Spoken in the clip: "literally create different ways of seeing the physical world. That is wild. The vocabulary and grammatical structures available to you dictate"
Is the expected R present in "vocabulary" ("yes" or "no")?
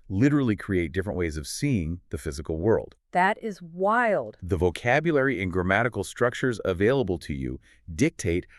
yes